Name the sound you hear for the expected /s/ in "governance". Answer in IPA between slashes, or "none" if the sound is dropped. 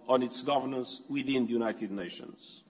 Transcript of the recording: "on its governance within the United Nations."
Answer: /s/